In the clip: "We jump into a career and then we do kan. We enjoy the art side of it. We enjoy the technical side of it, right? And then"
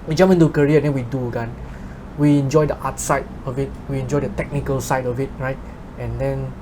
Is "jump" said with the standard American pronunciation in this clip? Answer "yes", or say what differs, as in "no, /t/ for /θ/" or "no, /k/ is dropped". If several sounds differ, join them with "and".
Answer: no, /p/ is dropped